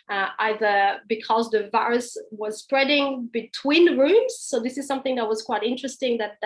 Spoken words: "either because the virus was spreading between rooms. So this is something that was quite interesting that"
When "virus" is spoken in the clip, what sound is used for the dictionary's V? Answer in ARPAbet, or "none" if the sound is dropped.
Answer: V